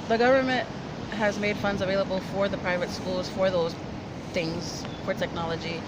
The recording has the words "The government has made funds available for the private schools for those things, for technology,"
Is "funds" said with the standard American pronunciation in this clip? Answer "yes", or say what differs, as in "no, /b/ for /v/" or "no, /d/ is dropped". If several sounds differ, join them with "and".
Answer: yes